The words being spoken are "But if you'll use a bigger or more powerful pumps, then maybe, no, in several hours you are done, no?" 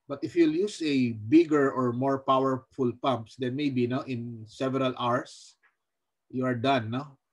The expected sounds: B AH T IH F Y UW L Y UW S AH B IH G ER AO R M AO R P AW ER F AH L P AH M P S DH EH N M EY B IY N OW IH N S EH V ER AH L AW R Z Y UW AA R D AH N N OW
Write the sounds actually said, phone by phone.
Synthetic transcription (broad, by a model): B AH T IH F Y UW L Y UW S AH B IH G ER AO R M AO R P AW ER F AH L P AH M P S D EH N M EY B IY N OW IH N S EH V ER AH L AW R S Y UW AA R D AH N N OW